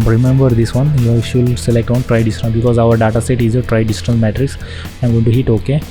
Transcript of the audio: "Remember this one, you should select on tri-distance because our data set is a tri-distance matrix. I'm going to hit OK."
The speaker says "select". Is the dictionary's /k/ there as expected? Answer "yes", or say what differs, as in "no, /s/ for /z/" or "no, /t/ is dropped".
yes